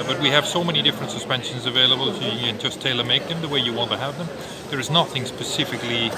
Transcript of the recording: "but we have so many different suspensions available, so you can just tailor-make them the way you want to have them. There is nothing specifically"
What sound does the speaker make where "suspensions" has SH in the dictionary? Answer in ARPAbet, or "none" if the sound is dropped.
SH